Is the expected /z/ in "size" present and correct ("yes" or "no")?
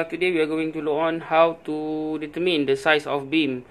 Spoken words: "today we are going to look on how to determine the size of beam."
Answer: no